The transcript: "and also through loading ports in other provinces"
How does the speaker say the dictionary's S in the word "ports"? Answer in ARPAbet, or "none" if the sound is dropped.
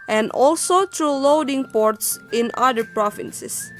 S